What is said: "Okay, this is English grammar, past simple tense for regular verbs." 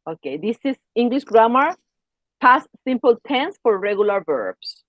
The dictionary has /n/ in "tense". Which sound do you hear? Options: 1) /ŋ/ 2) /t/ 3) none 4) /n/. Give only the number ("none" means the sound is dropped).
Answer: 4